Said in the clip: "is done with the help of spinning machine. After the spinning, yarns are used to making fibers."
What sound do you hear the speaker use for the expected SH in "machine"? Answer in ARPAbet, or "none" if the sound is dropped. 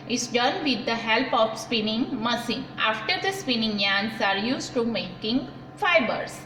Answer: S